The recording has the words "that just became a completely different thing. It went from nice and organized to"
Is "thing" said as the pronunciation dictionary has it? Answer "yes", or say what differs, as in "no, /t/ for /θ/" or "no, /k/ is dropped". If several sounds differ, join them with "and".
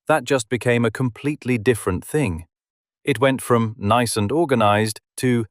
yes